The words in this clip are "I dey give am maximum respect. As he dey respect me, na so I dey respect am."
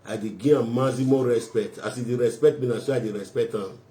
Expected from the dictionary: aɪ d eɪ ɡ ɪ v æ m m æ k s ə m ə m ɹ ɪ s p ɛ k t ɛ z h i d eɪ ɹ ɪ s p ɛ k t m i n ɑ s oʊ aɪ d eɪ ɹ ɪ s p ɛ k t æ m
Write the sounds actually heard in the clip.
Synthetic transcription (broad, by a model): aɪ d eɪ ɡ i ɑ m m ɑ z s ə m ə ɹ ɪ s p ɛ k t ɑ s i d eɪ ɹ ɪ s p ɛ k t m i n ɑ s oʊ aɪ d eɪ ɹ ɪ s p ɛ k t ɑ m